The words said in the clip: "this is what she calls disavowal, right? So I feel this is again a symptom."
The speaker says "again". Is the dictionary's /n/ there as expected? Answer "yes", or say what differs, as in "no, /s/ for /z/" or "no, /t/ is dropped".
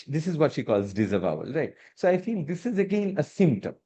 yes